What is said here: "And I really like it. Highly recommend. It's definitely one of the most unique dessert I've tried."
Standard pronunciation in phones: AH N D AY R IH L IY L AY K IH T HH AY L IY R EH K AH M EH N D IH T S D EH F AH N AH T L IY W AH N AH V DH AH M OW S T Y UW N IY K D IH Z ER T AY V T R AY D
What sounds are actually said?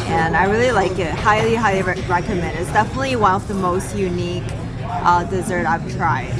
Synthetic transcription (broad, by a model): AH N AY R IH L IY L AY K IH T HH AY L IY R EH K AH M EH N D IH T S D EH F AH N AH T L IY W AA AH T DH AH M OW S T Y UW N IY K D IH Z ER T AY V T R AY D